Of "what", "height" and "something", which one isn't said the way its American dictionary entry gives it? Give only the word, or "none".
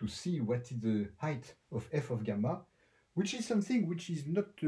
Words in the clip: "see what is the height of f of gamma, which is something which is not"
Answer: none